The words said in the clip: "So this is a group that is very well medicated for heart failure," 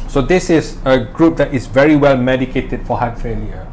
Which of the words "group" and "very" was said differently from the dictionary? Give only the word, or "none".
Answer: none